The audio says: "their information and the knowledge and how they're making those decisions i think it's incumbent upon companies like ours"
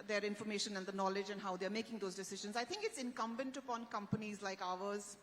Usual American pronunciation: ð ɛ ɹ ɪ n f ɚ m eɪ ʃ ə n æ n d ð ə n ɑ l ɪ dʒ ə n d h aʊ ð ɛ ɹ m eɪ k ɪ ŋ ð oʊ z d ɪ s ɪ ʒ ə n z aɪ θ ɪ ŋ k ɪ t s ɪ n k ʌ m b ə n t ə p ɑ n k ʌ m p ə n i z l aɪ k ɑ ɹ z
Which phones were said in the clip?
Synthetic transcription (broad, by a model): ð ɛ ɹ ɪ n f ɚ m eɪ ʃ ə n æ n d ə n ɑ l ɪ dʒ ə n d h aʊ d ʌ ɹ m eɪ k ɪ ŋ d oʊ z d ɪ s ɪ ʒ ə n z aɪ t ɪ ŋ k ɪ t s ɪ n k ʌ m b ə n t ə p ɑ n k ʌ m p ə n i z l aɪ k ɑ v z